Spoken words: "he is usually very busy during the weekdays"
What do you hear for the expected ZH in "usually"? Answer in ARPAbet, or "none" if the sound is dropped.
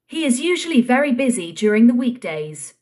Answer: ZH